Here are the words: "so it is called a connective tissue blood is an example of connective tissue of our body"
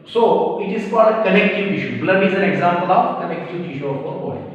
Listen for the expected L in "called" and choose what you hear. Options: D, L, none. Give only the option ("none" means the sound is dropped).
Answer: none